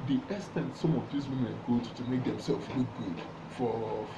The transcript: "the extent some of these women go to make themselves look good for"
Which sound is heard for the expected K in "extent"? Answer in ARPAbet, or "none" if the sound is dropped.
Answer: none